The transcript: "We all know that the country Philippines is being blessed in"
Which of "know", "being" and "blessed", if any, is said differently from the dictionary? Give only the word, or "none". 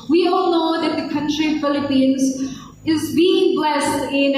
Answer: none